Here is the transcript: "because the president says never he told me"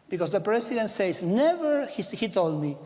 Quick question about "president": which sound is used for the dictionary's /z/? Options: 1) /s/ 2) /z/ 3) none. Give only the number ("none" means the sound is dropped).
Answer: 1